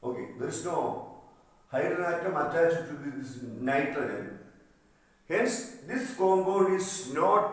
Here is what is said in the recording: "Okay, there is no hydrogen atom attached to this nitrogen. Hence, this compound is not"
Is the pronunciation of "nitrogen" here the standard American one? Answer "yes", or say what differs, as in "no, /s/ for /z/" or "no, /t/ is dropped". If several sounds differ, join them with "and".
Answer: no, /ɹ/ is dropped